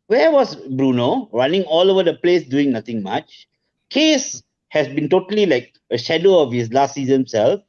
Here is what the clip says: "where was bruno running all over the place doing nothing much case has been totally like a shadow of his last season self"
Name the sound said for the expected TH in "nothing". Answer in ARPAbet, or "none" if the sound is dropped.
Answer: T